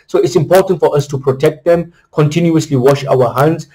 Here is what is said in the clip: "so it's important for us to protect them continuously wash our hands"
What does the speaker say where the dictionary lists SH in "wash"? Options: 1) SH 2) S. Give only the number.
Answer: 1